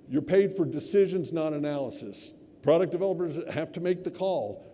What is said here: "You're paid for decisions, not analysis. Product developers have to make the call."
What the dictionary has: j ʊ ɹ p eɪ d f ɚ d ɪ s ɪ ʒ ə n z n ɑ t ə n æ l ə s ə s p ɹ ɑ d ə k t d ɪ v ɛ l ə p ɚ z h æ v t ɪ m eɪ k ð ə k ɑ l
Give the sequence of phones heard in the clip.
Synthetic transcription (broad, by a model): j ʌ ɹ p eɪ d f ɚ d ɪ s ɪ ʒ ə n z n ɑ t ə n æ l ə s ə s p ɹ ɑ d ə k d ɪ v ɛ l ə p ɚ z h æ f t ɪ m eɪ k ð ə k ɑ l